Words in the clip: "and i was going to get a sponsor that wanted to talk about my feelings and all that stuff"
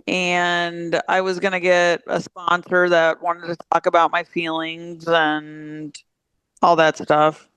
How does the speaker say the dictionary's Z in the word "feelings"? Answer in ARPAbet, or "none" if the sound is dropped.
Z